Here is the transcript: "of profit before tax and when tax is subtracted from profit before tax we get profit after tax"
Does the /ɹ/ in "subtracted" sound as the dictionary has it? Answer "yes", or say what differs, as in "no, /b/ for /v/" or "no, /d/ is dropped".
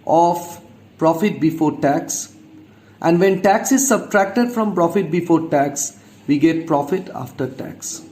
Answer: yes